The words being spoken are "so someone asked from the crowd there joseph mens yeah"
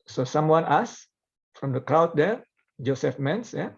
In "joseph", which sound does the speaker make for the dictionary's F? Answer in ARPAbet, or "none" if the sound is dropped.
F